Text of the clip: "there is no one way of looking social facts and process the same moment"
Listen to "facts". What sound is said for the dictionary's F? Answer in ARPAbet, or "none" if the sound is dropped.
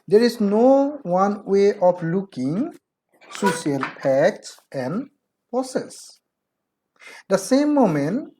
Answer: P